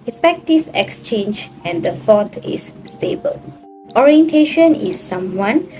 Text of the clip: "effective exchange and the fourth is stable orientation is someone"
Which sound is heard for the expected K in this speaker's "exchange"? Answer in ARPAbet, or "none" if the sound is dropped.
K